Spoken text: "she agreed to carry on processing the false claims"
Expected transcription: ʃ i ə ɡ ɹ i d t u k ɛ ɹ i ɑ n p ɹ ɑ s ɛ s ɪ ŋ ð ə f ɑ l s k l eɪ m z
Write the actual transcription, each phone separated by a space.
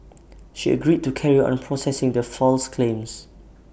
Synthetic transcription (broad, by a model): ʃ i ə ɡ ɹ i d t u k ɛ ɹ i ɑ n p ɹ ɑ s ɛ s ɪ ŋ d ə f ɑ l s k l eɪ m s